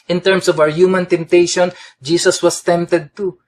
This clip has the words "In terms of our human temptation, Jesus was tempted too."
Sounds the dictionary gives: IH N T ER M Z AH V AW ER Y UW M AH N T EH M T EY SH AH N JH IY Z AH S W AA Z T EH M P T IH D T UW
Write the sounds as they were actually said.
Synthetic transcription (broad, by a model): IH N T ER M S AH V AW ER Y UW M AH N T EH M T EY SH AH N JH IY S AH S W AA S T EH M P T IH D T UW